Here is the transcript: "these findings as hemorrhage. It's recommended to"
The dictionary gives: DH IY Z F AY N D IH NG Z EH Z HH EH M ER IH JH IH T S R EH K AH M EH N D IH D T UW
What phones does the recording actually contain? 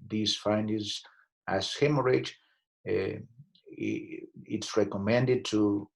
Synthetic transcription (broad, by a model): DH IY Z F AY N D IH Z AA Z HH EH M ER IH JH IH T S R EH K AH M EH N D IH D T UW